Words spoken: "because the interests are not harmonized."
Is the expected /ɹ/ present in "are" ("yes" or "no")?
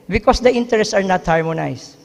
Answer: yes